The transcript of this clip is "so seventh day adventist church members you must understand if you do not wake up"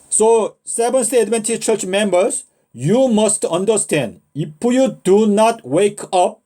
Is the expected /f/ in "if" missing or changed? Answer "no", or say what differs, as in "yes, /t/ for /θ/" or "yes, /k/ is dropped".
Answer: yes, /p/ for /f/